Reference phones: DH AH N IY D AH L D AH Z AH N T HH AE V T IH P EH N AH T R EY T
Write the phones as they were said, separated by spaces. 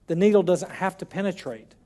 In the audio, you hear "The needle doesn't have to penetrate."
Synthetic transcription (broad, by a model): DH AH N IY D L D AH Z AH N T HH AE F T IH P EH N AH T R EY T